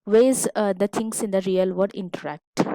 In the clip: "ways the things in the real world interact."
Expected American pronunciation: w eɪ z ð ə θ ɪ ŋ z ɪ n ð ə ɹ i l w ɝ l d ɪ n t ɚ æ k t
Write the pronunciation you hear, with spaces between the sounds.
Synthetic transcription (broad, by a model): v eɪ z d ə t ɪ ŋ s ɪ n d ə ɹ i l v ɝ d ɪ n t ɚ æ k t